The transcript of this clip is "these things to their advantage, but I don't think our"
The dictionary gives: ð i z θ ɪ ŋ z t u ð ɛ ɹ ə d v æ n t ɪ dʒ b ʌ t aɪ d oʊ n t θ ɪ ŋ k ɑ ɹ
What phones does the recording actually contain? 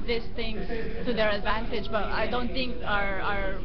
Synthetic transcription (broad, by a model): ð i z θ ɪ ŋ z t u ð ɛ ɹ ə d v æ n t ɪ dʒ b ʌ t aɪ d oʊ n t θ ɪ ŋ k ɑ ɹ